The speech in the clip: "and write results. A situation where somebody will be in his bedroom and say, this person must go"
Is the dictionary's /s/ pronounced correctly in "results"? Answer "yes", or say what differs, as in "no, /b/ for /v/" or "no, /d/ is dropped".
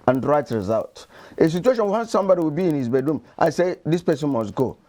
no, /s/ is dropped